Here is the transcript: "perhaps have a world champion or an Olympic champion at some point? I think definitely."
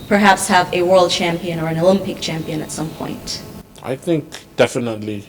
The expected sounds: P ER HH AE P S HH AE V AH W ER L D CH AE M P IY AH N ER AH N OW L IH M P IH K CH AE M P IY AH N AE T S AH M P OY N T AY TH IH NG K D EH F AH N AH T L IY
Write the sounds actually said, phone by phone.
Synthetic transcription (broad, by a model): P ER HH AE P S HH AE V AH W ER L D CH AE M P IY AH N ER AH N OW L IH M P IH K CH AE M P IY AH N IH T S AH M P OY N T AY TH IH NG K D EH F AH N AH T L IY